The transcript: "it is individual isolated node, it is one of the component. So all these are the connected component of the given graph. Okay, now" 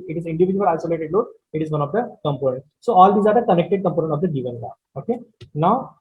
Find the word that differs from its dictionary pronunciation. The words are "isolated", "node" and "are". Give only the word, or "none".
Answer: node